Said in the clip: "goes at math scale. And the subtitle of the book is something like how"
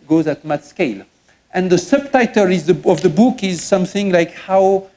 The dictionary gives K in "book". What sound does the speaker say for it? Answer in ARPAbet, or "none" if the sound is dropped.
K